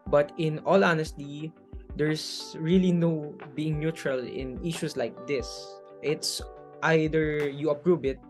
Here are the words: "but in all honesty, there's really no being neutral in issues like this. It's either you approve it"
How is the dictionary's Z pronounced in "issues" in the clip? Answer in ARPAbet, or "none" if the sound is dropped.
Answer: S